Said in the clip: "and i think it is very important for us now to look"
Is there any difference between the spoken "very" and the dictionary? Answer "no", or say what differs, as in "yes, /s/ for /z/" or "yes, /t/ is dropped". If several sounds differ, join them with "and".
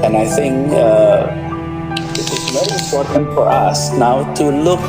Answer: yes, /ɹ/ is dropped